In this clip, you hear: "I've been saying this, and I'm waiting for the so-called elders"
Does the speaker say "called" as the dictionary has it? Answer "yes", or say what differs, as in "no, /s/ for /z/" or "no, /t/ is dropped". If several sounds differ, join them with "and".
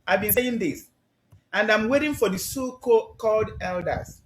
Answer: yes